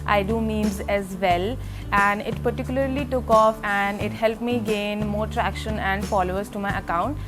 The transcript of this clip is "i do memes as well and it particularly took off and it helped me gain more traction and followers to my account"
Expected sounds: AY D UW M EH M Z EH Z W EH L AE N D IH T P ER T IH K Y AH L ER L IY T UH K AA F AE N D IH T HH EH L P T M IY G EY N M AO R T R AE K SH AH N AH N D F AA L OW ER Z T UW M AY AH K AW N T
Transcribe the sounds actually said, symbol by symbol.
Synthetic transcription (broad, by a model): AY D UW M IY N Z EH Z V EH L AE N D IH T P ER T IH K Y AH L ER L IY T UH K AA F AE N D IH T HH EH L P T M IY G EY N M AO R T R AE K SH AH N AH N D F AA L OW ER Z T UW M AY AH K AW N T